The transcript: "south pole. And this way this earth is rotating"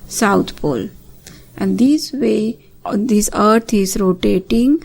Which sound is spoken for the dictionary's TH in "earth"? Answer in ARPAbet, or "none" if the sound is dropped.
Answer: T